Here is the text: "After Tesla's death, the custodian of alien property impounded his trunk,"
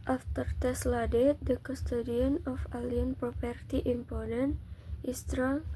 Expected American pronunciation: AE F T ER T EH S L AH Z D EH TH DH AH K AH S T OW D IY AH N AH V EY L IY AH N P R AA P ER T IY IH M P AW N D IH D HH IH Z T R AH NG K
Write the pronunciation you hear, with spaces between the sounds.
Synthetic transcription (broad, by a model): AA F T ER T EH S L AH D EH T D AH K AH S T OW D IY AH N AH F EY L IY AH N P R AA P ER T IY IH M P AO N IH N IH S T R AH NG